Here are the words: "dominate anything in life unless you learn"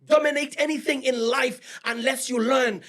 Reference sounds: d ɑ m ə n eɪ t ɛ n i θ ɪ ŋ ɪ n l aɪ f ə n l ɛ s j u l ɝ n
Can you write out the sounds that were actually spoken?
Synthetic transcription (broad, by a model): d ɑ m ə n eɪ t ɛ n i θ ɪ ŋ ɪ n l aɪ f ə n l ɛ s j u l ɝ n